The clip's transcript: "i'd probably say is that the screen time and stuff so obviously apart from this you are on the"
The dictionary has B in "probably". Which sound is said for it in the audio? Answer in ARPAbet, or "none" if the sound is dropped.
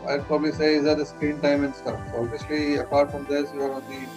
B